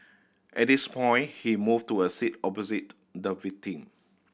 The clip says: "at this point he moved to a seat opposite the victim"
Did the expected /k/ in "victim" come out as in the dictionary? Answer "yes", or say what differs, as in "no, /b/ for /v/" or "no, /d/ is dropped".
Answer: no, /k/ is dropped